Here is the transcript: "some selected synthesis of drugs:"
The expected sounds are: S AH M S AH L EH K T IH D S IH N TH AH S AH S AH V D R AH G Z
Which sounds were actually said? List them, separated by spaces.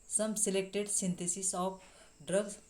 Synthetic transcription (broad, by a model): S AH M S AH L EH K T IH D S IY N T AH S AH S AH P D R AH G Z